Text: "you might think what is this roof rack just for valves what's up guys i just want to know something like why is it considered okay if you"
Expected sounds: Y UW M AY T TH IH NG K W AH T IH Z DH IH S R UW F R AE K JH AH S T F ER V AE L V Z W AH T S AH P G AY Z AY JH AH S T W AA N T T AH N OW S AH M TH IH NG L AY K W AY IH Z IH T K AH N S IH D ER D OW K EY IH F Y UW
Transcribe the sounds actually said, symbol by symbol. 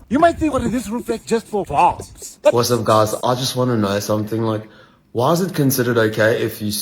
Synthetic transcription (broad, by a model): Y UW M AY T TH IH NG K W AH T IH Z DH IH S R UW F L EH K JH AH S T F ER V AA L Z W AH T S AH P G AY Z AY JH AH S T W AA N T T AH N OW S AH M TH IH NG L AY K W AY IH Z IH T K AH N S IH D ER D OW K EY IH F Y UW